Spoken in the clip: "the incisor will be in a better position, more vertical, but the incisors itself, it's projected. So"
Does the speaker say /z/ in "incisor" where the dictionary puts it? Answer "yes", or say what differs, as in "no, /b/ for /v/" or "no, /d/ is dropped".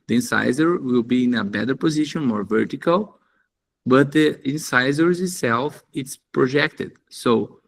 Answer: yes